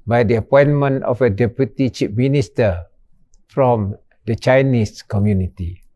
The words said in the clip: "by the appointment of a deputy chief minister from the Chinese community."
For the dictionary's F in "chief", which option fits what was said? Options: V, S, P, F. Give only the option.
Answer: P